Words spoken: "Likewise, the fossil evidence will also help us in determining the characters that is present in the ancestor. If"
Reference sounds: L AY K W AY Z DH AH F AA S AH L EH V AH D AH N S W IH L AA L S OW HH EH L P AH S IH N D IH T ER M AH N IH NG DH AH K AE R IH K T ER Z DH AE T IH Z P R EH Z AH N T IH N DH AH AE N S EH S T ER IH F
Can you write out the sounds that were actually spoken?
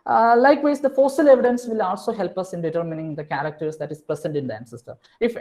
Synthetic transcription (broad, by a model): L AY K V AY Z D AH F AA S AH L EH V AH D AH N S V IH L AA L S OW HH EH L P AH S IH N D IH T ER M AH N IH NG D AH K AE R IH K T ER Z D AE T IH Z P R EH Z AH N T IH N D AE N S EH S T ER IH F